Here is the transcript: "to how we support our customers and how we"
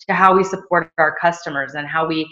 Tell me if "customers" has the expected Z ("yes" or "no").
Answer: yes